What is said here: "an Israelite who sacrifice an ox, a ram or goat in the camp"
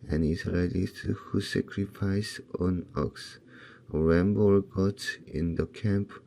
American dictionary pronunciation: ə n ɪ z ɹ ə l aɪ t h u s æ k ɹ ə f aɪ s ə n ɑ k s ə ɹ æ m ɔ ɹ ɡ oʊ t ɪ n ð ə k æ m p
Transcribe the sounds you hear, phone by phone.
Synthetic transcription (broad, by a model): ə n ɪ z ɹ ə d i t h u s æ k ɹ ə f aɪ s ə n ɑ k s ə ɹ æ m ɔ l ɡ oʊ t ɪ n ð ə k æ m p